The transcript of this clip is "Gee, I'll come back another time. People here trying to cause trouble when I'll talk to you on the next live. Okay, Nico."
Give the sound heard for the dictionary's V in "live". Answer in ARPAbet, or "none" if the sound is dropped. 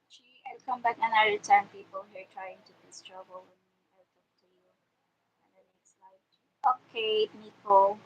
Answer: none